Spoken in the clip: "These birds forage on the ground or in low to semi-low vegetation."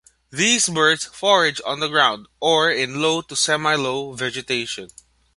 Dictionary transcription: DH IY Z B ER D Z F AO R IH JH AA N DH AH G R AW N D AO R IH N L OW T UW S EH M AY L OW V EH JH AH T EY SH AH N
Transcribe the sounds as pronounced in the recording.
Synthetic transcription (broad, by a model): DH IY S B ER D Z F AO R IH JH AA N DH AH G R AW N D AO R IH N L OW T UW S EH M AY L OW V EH JH AH T EY SH AH N